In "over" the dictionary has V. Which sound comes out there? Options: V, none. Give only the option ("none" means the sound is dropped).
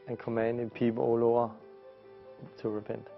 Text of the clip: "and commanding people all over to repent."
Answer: none